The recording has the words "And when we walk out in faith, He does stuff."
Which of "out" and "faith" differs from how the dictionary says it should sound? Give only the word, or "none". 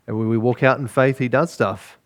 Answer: none